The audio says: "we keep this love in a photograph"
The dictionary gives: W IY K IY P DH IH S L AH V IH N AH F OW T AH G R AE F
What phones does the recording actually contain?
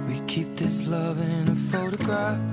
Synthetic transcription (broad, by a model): W IY K IY P DH IH S L AH V IH N AH F OW T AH G R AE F